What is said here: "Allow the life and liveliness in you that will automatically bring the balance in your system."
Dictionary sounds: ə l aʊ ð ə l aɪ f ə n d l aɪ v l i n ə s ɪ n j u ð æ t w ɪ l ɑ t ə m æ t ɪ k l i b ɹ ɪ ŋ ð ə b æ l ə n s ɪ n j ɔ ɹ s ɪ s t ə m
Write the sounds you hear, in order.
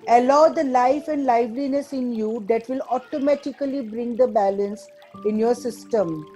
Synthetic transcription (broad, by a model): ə l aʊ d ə l aɪ f ə n d l aɪ v l i n ə s ɪ n j u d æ t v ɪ l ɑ t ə m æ t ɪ k l i b ɹ ɪ ŋ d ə b æ l ə n s ɪ n j ɔ ɹ s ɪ s t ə m